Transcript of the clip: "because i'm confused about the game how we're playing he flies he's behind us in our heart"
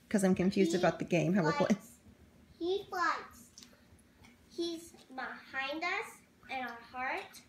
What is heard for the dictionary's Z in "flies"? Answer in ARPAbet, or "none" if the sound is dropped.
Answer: S